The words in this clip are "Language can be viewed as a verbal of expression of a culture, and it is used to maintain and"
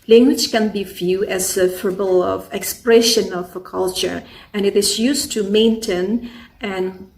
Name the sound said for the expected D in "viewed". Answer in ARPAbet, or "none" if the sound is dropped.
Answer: none